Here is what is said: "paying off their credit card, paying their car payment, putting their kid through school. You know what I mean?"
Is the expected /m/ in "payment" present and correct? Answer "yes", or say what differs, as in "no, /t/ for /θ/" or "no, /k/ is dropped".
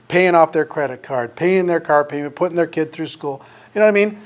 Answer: no, /m/ is dropped